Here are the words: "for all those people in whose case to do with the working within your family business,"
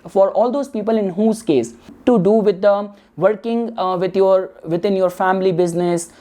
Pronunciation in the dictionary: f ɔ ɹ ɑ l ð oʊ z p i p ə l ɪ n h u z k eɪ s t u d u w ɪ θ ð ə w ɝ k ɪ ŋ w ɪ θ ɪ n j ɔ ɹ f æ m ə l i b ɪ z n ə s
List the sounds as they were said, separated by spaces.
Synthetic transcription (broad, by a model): f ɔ ɹ ɑ l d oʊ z p i p ə l ɪ n h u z k eɪ s t u d u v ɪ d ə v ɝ k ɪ ŋ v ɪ t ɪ n j ɔ ɹ f æ m ə l i b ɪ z n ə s